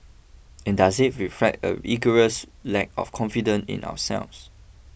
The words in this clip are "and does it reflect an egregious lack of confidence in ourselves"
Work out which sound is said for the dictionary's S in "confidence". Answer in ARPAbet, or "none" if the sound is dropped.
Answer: none